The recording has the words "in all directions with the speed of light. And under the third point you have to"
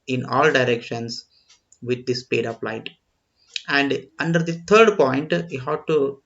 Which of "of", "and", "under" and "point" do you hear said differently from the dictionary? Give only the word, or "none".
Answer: of